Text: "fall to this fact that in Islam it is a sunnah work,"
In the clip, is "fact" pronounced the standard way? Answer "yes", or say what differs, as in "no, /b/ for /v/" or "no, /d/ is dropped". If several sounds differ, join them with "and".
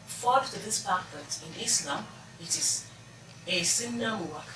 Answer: no, /p/ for /f/